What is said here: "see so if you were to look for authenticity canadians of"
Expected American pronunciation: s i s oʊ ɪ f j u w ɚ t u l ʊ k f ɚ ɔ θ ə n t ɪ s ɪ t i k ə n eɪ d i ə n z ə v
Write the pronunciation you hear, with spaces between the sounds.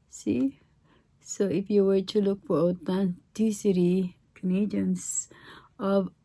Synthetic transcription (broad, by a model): s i s oʊ ɪ f j u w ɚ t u l ʊ k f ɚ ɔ t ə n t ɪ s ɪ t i k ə n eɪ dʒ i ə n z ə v